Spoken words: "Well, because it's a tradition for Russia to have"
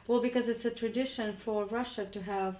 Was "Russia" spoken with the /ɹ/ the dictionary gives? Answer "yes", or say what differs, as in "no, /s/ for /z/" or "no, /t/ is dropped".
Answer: yes